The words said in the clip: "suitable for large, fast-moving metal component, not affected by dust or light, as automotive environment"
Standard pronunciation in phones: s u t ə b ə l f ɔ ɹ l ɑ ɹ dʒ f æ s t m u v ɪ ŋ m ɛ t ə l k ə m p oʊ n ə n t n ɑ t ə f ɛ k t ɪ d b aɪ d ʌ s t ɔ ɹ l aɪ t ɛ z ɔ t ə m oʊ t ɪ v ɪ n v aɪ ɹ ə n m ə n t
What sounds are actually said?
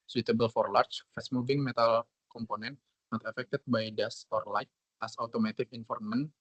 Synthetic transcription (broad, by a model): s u t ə b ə l f ɔ ɹ l ɑ ɹ tʃ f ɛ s m u v ɪ ŋ m ɛ t ə l k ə m p oʊ n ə n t n ɑ t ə f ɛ k t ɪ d b aɪ d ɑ s ɔ ɹ l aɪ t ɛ s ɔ t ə m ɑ t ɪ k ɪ n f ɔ ɹ m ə n